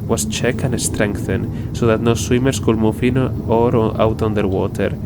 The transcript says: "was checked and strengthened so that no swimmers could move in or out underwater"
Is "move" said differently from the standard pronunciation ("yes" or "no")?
yes